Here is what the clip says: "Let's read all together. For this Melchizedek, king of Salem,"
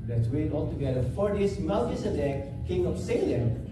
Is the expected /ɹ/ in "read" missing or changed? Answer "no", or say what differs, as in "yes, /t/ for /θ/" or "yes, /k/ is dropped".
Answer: yes, /w/ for /ɹ/